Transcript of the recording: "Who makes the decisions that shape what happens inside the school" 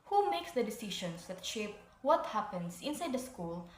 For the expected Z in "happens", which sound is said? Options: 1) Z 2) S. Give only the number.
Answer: 2